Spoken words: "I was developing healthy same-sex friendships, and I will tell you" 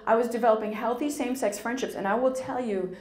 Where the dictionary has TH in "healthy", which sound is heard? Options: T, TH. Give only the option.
TH